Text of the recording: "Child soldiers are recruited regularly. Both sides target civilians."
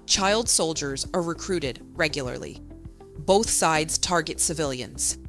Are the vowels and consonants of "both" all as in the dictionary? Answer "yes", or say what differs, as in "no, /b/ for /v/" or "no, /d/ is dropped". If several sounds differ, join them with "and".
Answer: yes